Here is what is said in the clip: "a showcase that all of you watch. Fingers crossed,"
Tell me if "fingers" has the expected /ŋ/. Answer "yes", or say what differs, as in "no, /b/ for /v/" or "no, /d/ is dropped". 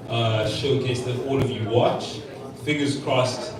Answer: no, /ŋ/ is dropped